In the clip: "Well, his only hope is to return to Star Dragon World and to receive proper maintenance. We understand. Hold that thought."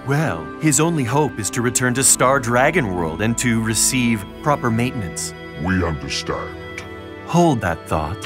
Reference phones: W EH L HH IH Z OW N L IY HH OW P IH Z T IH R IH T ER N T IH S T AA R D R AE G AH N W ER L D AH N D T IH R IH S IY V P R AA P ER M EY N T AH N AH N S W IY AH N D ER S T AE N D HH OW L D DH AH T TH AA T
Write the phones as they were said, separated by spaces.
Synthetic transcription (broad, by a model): W EH L HH IH Z OW N L IY HH OW P IH Z T IH R IH T ER N T IH S T AA R D R AE G AH N W ER L D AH N T IH R IH S IY V P R AA P ER M EY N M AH N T S W IY AH N D ER S T AE N D HH OW L D DH AH T TH AA T